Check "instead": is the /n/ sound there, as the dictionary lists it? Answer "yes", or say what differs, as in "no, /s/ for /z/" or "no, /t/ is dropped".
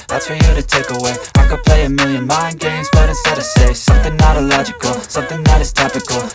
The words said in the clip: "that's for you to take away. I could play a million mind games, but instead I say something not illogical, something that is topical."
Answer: no, /n/ is dropped